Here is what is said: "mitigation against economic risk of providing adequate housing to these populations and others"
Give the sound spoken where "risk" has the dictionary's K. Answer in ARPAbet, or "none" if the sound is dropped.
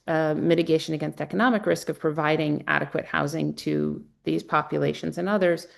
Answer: K